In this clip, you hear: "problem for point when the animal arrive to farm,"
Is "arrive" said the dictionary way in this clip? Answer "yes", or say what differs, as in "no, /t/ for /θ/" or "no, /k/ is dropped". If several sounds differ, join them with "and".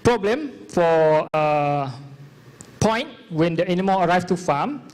no, /f/ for /v/